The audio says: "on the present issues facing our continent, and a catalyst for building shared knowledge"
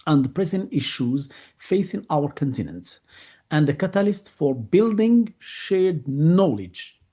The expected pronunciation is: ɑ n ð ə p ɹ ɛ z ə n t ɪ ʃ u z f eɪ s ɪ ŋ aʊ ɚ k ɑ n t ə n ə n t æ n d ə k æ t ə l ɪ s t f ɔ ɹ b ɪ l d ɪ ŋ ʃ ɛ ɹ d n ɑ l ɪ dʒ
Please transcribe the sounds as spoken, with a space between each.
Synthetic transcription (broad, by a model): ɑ n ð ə p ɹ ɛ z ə n t ɪ ʃ u z f eɪ s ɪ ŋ aʊ ɚ k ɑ n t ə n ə n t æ n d ə k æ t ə l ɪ s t f ɔ ɹ b ɪ l d ɪ ŋ ʃ ɛ ɹ d n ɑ l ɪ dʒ